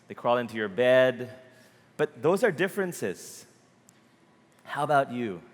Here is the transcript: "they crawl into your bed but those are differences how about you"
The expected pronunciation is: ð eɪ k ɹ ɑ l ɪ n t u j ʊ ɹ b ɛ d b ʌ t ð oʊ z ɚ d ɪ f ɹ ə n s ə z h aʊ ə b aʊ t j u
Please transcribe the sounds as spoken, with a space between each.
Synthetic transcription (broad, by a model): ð eɪ k ɹ ɑ l ɪ n t u j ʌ ɹ b ɛ d b ʌ t ð oʊ z ɚ d ɪ f ɹ ə n s ə z h aʊ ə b aʊ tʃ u